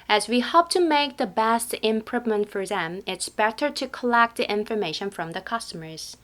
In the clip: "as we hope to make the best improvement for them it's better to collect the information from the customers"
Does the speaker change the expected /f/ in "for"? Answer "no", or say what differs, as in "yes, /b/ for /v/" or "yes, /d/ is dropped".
no